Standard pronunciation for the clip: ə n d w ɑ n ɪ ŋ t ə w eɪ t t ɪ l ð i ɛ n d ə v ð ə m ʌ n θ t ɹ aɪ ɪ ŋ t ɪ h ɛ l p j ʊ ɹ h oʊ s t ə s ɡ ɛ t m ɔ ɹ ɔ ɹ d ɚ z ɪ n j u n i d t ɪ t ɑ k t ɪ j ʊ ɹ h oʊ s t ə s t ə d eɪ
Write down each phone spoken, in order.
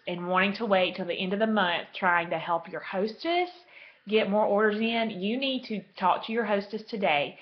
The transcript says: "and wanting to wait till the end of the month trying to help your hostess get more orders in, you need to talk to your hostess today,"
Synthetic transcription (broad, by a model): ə n w ɑ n ɪ ŋ t ə w eɪ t t ɪ l ð i ɛ n d ə v ð ə m ʌ n θ t ɹ aɪ ɪ ŋ t ɪ h ɛ l p j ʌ ɹ h oʊ s t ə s ɡ ɛ t m ɔ ɹ ɔ ɹ d ɚ z ɪ n j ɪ n i d t ɪ t ɑ k t ɪ j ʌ ɹ h oʊ s t ə s t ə d eɪ